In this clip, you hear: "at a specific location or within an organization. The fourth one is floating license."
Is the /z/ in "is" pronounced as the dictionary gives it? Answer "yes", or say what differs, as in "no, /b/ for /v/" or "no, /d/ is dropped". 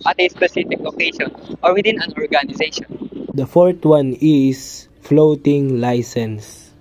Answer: no, /s/ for /z/